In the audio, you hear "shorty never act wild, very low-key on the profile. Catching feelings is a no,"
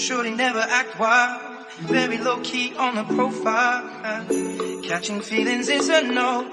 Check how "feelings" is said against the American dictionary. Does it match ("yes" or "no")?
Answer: yes